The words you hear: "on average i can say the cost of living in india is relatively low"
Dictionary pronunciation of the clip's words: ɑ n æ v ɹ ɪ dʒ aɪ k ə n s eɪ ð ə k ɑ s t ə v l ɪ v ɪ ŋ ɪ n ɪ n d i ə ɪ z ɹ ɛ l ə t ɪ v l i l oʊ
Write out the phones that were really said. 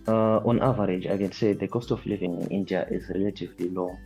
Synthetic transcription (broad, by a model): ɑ n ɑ v ɹ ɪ dʒ aɪ k ə n s eɪ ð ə k ɑ s t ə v l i v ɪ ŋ ɪ n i n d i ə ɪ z ɹ ɛ l ə t ɪ v l i l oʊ